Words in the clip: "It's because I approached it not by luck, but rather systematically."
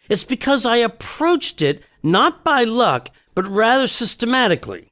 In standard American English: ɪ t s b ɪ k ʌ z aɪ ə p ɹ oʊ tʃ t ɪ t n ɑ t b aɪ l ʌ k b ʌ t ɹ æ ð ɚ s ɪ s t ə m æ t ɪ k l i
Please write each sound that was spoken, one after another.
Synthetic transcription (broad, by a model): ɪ t s b ɪ k ʌ z aɪ ə p ɹ oʊ tʃ t ɪ t n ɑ t b aɪ l ʌ k b ʌ t ɹ æ ð ɚ s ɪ s t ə m æ t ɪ k l i